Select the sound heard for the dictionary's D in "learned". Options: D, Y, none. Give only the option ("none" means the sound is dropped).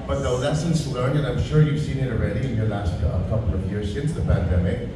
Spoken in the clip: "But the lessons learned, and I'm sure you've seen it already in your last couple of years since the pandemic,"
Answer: none